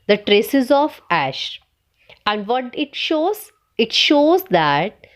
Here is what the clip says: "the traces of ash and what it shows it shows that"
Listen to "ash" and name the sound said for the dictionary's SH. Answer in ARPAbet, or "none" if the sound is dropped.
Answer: SH